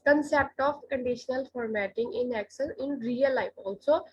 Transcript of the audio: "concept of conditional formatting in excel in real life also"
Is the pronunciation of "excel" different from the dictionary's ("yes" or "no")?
yes